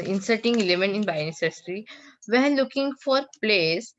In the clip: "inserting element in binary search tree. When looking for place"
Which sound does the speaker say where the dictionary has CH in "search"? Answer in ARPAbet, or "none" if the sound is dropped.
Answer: S